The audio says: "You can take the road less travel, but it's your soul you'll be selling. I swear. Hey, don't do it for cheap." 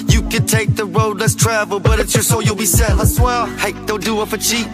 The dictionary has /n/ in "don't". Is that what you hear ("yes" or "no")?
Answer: no